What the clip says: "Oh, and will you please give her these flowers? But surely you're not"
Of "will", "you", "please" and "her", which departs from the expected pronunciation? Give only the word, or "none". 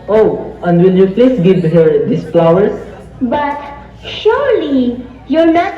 please